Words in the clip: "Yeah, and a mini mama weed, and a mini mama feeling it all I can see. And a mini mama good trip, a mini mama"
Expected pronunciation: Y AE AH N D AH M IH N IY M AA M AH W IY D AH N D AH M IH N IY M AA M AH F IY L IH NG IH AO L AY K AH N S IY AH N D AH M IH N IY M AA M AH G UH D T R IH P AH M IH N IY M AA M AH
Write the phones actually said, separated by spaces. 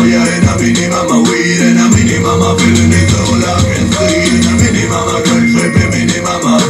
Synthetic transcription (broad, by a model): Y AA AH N AH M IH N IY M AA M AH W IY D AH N AH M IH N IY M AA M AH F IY N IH IH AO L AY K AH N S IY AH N AH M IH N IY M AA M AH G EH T EH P AH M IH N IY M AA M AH